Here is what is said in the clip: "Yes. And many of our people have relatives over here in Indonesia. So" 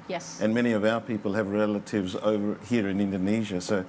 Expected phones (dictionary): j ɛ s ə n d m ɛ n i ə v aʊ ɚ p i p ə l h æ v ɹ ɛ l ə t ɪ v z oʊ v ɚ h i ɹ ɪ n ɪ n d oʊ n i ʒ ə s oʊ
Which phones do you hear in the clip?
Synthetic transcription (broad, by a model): j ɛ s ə n m ɛ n i ə v aʊ ɚ p i p ə l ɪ v ɹ ɛ l ə t ɪ v z oʊ v ɚ h i ɹ ɪ n ɪ n d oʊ n i ʒ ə s oʊ